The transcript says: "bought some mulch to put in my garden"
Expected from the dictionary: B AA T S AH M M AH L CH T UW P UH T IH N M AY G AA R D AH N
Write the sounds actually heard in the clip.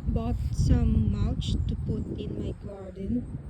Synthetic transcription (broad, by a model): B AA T S AH M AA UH CH T UW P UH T IH N M AY G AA R D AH N